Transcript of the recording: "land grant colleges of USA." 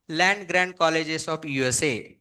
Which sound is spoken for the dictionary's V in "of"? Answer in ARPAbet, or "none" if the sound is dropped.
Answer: P